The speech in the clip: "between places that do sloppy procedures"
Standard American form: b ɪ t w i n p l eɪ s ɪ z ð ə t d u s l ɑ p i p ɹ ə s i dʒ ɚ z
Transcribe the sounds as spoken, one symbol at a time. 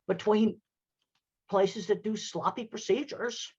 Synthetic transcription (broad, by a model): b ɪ t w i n p l eɪ s ɪ z ð ə t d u s l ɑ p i p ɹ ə s i dʒ ɚ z